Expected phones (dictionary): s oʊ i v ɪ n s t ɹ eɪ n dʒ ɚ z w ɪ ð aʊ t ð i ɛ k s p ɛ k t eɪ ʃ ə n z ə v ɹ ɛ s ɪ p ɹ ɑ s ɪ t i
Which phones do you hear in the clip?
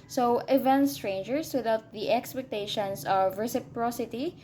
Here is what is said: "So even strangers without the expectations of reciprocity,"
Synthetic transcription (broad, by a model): s oʊ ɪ v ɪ n s t ɹ eɪ n dʒ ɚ s w ɪ ð aʊ t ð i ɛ k s p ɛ k t eɪ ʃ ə n s ə v ɹ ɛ s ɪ p ɹ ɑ s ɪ t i